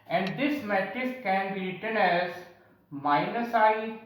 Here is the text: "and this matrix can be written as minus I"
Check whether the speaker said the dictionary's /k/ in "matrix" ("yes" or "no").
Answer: no